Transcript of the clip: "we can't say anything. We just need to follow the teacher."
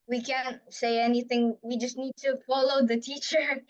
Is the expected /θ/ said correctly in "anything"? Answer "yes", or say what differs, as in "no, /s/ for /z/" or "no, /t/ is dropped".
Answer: yes